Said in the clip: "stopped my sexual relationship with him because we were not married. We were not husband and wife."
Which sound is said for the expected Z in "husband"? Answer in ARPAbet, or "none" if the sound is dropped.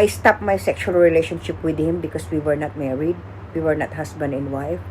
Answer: S